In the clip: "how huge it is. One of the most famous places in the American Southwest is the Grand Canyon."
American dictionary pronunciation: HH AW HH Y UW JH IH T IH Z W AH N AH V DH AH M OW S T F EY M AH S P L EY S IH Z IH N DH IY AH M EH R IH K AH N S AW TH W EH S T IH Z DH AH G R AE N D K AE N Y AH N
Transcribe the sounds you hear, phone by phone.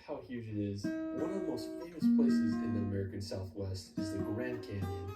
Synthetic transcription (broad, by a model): HH AW HH Y UW JH IH T IH Z W AH N AH V DH AH M OW S T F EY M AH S P L EY S IH Z IH N DH IY AH M EH R IH K AH N S AW TH W EH S T IH Z DH AH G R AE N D K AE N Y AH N